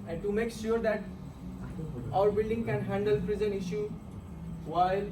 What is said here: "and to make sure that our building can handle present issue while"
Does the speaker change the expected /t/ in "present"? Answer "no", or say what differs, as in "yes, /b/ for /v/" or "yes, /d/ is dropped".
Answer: yes, /t/ is dropped